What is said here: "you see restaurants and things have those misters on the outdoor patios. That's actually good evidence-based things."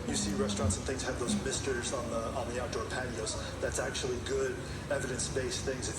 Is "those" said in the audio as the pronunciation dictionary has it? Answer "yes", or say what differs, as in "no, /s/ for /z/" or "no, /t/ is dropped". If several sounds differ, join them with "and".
yes